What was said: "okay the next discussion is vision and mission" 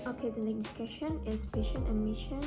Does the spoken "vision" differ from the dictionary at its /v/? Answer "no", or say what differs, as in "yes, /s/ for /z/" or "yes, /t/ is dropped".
yes, /p/ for /v/